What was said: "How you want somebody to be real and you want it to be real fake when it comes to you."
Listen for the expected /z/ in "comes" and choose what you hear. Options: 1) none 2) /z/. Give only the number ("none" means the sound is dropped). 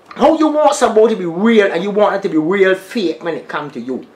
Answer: 1